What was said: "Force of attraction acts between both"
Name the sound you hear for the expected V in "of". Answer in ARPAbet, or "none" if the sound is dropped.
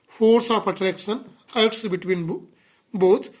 P